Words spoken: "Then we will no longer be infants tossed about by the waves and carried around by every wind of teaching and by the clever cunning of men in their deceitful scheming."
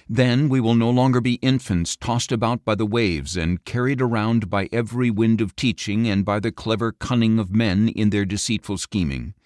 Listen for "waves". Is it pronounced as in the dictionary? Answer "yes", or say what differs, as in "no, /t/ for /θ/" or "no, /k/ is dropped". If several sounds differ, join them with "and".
yes